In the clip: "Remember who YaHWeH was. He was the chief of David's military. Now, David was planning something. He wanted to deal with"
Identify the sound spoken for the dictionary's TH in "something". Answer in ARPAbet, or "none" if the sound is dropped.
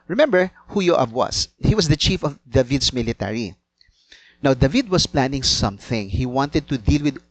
TH